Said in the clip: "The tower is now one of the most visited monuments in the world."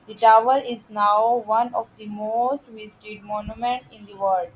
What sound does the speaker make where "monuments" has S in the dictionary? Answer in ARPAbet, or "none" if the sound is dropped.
none